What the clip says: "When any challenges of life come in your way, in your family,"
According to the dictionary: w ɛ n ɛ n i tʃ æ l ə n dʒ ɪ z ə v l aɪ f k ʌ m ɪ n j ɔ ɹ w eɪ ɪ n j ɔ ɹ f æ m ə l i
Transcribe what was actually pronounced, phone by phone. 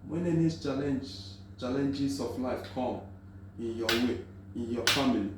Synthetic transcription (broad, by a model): w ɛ n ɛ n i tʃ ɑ l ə n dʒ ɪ s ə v l aɪ f k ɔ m ɪ n j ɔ w eɪ ɪ n j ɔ f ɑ m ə l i